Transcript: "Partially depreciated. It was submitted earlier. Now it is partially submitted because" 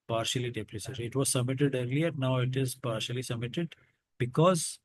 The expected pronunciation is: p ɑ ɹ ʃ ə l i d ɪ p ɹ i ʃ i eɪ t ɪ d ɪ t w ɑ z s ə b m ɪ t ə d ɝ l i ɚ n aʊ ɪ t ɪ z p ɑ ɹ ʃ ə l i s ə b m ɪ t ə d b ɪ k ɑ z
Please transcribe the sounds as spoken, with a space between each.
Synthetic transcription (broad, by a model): p ɑ ɹ ʃ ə l i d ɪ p ɹ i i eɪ s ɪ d ɪ t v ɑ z s ə b m ɪ t ə d ɝ l i ɚ n aʊ ɪ t ɪ z p ɑ ɹ ʃ ə l i s ə b m ɪ t ə d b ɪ k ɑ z